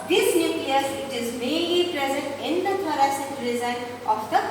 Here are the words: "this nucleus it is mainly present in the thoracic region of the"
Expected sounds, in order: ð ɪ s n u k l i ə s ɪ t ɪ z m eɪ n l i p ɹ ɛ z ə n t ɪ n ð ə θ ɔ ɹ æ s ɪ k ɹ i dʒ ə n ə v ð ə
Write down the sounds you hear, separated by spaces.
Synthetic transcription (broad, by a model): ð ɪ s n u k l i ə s ɪ t ɪ z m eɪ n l i p ɹ ɛ z ə n t ɪ n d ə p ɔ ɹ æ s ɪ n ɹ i z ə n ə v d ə